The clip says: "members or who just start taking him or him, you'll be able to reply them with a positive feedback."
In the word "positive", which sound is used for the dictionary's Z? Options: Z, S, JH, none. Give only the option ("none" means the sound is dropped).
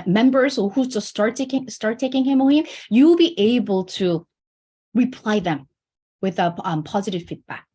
Z